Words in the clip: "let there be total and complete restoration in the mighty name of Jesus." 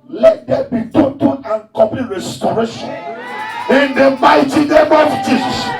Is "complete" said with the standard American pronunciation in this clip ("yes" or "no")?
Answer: no